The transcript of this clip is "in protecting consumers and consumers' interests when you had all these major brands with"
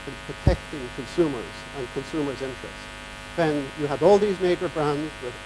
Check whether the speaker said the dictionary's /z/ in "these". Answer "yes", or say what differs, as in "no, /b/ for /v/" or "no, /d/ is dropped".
yes